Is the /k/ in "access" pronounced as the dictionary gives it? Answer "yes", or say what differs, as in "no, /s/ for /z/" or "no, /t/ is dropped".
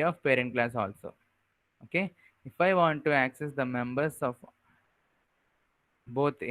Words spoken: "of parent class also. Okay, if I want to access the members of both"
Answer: yes